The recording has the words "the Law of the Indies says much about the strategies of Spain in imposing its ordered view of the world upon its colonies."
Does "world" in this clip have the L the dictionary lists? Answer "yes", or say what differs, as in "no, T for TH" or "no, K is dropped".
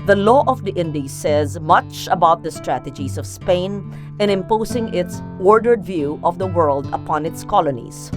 yes